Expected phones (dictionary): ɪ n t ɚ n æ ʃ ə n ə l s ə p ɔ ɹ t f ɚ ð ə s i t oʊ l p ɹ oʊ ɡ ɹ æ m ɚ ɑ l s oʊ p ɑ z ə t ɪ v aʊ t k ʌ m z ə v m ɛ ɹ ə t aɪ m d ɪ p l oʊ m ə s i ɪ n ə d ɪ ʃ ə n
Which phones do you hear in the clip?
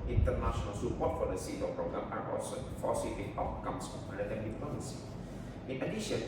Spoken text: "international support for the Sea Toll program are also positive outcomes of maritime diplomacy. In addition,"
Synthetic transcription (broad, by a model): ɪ n t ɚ n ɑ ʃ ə n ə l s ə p ɔ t f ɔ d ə s i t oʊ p ɹ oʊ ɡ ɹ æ m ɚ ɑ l s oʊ f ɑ s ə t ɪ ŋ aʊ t k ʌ m s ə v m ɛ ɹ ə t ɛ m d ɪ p oʊ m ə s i ɪ n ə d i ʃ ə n